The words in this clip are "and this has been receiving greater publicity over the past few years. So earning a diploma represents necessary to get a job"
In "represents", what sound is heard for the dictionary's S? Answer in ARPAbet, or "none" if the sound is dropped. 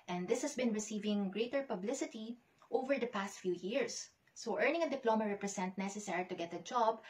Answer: none